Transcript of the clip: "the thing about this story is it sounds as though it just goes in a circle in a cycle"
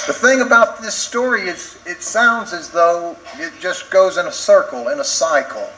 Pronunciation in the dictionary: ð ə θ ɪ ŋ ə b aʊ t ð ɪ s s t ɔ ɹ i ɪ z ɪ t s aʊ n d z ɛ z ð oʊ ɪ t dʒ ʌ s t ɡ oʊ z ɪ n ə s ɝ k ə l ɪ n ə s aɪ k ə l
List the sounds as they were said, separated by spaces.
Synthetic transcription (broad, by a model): ð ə θ ɪ ŋ ə b aʊ t ð ɪ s s t ɔ ɹ i ɪ z ɪ t s aʊ n d z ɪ z ð oʊ ɪ t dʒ ʌ s ɡ oʊ z ɪ n ə s ɝ k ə l ɪ n ə s aɪ k l